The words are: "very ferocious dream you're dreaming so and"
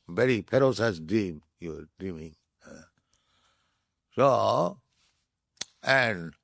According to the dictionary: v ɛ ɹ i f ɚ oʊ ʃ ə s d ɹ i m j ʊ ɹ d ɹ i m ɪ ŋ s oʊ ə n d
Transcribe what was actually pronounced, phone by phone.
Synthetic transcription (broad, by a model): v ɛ ɹ i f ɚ oʊ s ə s d ɹ i m j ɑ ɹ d ɹ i m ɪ ŋ s oʊ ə n d